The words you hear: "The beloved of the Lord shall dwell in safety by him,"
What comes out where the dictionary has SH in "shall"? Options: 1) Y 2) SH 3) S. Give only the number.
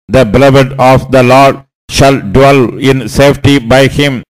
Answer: 2